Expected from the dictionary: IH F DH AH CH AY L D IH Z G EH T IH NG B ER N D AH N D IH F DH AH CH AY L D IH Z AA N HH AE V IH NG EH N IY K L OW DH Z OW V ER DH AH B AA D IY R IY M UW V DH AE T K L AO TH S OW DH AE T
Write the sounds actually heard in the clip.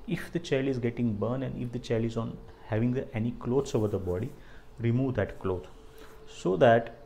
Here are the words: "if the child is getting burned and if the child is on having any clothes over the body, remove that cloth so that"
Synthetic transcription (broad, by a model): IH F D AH CH AY L D IH Z G EH T IH NG B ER N AH N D IH F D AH CH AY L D IH Z AA N HH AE V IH NG EH N IY K L OW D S OW V ER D AH B AA D IY R IY M UW V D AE T K L AO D S OW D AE T